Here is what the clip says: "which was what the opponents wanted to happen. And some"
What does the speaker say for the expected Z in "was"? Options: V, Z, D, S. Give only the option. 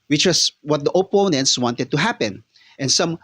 S